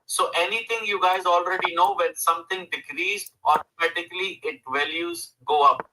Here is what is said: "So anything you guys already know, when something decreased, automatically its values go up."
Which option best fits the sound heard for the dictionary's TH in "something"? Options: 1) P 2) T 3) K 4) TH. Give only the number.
2